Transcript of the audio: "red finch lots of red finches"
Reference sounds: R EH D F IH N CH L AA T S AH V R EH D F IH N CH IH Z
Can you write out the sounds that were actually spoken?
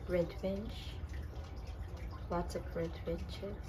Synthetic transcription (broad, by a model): R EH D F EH N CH W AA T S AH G R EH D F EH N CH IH